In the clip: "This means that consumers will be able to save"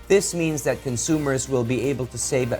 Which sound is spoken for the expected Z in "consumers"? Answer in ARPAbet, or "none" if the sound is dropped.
Z